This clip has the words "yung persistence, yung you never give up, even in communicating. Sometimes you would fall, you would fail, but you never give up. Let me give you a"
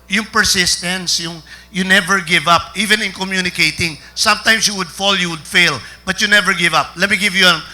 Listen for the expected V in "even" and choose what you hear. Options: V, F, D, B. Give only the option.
V